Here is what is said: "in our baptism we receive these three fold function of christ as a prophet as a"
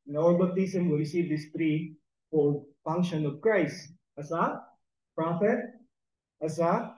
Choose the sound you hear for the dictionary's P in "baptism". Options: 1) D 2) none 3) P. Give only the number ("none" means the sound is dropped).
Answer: 2